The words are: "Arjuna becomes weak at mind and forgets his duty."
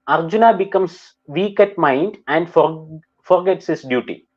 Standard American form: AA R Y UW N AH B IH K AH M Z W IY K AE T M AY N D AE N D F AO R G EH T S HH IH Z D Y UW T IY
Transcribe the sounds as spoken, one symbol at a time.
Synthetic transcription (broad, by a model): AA R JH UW N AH B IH K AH M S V IY K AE T M AY N D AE N D F AO R G EH T S HH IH S D Y UW T IY